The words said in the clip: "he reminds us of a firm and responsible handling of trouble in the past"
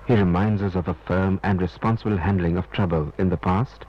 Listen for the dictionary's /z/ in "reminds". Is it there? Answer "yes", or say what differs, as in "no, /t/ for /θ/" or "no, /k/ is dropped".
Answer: yes